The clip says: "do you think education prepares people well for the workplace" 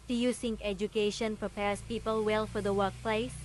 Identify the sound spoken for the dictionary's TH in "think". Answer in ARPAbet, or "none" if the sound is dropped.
S